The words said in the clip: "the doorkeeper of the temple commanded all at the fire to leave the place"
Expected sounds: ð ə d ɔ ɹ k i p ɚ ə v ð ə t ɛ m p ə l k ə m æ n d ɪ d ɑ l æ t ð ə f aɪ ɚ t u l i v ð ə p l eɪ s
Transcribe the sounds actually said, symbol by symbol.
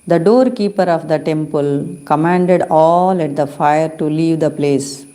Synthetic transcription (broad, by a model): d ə d ɔ ɹ k i p ɚ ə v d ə t ɛ m p ə l k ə m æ n d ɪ d ɑ l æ t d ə f aɪ ɚ t u l i v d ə p l eɪ s